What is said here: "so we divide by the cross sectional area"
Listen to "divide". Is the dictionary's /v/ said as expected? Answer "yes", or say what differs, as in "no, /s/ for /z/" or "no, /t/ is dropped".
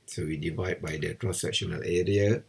yes